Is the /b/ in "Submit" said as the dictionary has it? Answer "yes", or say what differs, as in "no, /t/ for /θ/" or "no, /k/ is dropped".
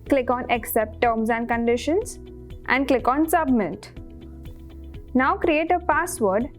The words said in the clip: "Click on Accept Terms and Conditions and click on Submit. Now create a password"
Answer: yes